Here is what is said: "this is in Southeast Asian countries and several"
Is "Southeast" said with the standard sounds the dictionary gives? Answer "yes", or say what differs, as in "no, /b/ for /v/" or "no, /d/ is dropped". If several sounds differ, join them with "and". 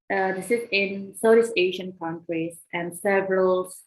no, /t/ is dropped